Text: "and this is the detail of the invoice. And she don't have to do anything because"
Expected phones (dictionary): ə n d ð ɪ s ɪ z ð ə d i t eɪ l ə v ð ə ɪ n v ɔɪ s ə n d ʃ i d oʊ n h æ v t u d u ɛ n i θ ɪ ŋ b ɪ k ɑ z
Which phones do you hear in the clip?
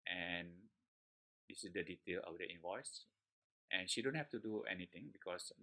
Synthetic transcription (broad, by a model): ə n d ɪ s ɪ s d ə d i t eɪ l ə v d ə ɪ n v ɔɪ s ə n ʃ i d oʊ n h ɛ f t u d u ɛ n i t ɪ ŋ b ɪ k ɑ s